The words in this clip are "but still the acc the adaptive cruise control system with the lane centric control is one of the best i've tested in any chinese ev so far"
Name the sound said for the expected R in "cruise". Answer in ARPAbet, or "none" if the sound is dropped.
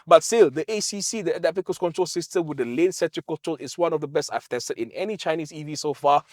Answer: none